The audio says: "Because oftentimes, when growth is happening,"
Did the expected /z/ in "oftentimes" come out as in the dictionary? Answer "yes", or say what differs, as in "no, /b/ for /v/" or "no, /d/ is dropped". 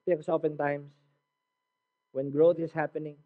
no, /s/ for /z/